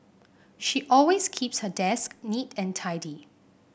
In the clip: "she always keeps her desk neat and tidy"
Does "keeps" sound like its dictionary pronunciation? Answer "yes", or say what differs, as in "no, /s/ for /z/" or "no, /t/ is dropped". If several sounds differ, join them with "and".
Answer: yes